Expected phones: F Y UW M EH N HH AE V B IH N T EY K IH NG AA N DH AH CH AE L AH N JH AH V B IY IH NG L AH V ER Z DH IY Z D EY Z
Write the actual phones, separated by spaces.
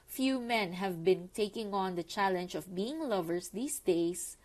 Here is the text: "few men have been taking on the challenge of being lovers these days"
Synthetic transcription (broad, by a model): F Y UW M EH N HH AE V B IH N T EY K IH NG AA N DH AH CH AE L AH N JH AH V B IY IH NG L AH V ER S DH IY S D EY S